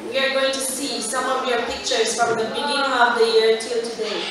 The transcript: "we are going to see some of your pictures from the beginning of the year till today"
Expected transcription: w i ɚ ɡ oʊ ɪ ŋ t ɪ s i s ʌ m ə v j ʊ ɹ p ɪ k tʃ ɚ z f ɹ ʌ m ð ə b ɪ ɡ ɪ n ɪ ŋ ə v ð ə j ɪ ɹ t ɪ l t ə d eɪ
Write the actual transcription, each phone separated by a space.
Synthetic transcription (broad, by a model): w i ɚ ɡ oʊ ɪ ŋ t ɪ s i s ʌ m ə v j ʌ ɹ p ɪ k tʃ ɚ z f ɹ ʌ m ð ə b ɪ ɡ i ɪ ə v ð ə j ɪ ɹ t ɪ l t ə d eɪ